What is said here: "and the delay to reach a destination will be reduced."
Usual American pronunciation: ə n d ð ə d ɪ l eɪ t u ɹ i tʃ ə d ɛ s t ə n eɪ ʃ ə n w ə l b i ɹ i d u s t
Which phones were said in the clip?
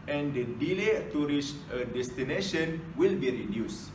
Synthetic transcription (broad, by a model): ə n d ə d ɪ l eɪ t u ɹ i s ə d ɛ s t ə n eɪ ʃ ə n w ə l b i ɹ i d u s